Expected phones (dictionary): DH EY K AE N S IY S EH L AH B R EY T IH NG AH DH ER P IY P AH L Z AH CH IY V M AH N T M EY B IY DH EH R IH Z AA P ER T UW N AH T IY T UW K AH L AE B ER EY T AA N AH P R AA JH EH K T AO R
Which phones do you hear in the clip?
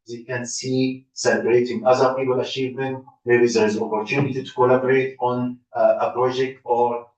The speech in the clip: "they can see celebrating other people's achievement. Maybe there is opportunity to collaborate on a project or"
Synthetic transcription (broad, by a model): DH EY K AE N S IY S EH L AH B R EY T IH NG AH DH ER P IY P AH L AH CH IY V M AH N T M EY B IY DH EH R IH Z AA P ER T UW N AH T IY T UW K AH L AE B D EY T AA N AH P R AA JH EH K T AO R